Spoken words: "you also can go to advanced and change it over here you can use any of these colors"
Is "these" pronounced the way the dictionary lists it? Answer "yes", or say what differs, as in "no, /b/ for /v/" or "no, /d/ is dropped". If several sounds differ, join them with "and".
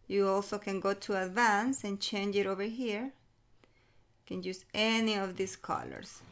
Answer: no, /s/ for /z/